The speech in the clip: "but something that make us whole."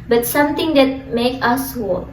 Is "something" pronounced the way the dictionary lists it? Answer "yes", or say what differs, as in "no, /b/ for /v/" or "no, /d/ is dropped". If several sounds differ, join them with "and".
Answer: no, /t/ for /θ/